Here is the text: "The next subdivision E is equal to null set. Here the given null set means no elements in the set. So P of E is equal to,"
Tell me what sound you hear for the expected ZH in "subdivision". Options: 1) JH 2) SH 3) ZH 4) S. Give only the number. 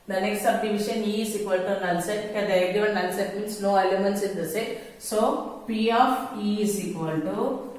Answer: 2